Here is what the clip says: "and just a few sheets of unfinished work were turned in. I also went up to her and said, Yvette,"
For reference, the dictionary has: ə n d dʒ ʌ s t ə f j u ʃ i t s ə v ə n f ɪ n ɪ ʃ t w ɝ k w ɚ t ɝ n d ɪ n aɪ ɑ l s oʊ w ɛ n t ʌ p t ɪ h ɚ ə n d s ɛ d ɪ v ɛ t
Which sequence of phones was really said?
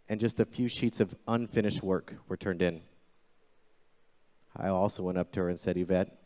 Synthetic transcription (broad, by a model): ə n dʒ ʌ s t ə f j u ʃ i t s ə v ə n f ɪ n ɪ ʃ t w ɝ k w ɚ t ɝ n d ɪ n aɪ ɑ l s oʊ w ɛ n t ʌ p t ɪ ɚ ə n s ɛ d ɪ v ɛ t